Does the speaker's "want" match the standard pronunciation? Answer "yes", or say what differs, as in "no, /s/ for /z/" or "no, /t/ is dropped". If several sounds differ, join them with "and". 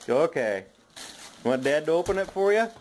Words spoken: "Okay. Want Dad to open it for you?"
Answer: no, /n/ is dropped